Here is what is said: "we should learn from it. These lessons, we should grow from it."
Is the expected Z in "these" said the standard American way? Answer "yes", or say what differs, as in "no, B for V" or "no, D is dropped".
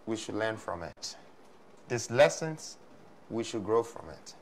no, S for Z